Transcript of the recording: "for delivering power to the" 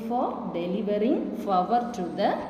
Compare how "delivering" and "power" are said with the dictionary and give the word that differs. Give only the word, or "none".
power